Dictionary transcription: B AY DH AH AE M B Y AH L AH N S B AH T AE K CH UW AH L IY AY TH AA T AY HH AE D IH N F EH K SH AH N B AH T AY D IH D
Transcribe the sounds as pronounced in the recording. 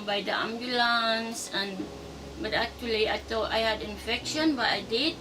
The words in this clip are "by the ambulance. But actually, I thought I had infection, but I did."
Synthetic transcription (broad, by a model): B AY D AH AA M B Y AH L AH N S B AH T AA K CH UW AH L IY AY T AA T AY HH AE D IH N F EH K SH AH N B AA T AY D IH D